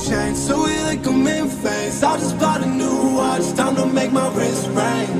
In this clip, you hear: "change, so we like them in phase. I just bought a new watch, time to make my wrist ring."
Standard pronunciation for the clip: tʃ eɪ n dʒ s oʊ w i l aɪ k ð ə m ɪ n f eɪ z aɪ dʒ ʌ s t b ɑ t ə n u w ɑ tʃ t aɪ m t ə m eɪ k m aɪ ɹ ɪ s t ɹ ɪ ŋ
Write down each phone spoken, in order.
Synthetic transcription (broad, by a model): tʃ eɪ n s oʊ w i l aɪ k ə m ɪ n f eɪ s aɪ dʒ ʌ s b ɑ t ə n u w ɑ s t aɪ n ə m eɪ k m aɪ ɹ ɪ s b ɹ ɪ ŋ